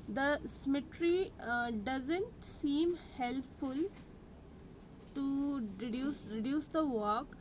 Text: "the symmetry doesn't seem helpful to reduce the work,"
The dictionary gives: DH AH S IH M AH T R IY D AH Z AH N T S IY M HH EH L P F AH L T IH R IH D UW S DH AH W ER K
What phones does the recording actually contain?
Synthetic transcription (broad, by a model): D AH S IH M AH T R IY D AH Z AH N T S IY M HH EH L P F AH L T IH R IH D UW S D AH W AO K